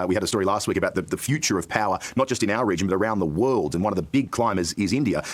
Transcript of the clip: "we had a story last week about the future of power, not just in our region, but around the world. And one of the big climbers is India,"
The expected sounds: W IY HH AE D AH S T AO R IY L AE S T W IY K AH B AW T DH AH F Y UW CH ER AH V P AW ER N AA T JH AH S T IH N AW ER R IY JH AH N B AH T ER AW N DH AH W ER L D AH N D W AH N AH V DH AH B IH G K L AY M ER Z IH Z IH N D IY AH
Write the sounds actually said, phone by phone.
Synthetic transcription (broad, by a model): W IY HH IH D AH S T AO R IY L AE S T W IY K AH B AW T DH AH F Y UW CH ER AH V P AW ER N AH T JH AH S T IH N AW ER R IY JH AH N B AH T ER AW N DH AH W ER L D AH N W AH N AH V DH AH B IH G K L AY M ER Z IH Z IH N D IY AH